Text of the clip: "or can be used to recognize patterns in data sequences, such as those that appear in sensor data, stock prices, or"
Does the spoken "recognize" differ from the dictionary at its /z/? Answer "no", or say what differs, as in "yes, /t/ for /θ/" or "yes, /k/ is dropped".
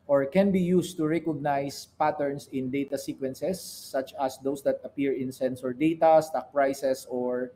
yes, /s/ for /z/